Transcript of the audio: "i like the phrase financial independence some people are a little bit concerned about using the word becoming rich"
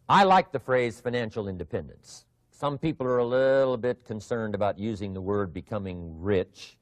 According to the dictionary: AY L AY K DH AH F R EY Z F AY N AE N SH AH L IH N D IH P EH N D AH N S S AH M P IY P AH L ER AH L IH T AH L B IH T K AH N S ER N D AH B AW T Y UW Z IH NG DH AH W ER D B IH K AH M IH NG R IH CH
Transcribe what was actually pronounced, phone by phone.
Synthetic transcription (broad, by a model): AY L AY K DH AH F R EY Z F AY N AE N SH L IH N D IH P EH N D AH N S S AH M P IY P L ER AH L IH T L B IH T K AH N S ER N D AH B AW T Y UW Z IH NG DH AH W ER D B IH K AH M IH NG R IH CH